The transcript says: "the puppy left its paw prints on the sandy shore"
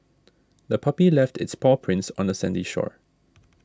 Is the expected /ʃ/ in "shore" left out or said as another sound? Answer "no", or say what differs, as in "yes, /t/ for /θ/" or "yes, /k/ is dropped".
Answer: no